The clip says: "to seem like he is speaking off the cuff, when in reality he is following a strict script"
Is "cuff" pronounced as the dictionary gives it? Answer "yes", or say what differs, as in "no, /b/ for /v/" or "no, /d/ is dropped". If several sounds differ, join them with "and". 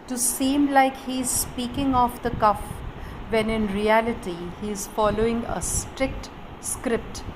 yes